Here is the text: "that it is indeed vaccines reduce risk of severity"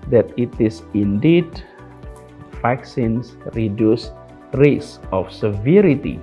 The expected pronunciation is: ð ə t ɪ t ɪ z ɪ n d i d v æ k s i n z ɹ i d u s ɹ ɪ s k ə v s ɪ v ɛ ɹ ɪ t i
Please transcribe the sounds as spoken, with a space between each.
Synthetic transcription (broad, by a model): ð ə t ɪ t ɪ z ɪ n d i d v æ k s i n s ɹ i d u s ɹ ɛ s ə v s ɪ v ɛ ɹ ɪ t i